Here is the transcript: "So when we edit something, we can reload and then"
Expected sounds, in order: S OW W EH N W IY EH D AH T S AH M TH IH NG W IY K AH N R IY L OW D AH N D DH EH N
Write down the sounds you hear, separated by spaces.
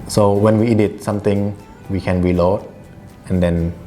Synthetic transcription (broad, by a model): S OW W EH N W IY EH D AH T S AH M T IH NG W IY K AH N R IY L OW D AH N D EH N